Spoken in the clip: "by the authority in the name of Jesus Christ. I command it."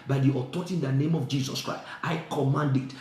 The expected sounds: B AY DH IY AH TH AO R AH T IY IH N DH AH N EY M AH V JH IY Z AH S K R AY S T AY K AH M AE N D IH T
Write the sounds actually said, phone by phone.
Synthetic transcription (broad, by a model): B AY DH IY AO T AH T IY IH N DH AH N EY M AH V JH IY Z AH S K R AY S T AY K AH M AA N D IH T